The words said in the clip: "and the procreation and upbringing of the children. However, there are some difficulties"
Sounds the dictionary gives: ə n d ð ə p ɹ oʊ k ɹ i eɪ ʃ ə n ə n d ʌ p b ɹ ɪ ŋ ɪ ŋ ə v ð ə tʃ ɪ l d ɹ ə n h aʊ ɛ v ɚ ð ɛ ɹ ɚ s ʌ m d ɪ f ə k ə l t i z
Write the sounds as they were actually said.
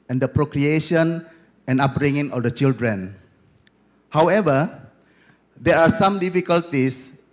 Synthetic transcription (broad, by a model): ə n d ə p ɹ oʊ k ɹ i eɪ ʃ ə n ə n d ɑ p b ɹ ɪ ŋ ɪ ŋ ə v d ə tʃ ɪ l d ɹ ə n h aʊ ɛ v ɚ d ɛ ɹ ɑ s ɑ m d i f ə k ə l t i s